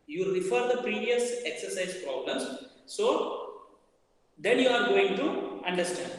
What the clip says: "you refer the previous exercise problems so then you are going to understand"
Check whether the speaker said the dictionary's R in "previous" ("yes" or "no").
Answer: yes